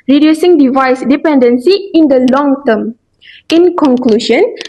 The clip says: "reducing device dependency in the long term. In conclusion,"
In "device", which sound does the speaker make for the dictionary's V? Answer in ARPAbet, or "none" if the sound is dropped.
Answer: V